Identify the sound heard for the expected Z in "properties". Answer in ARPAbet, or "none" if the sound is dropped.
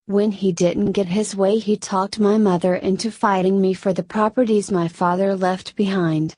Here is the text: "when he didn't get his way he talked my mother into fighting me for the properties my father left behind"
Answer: Z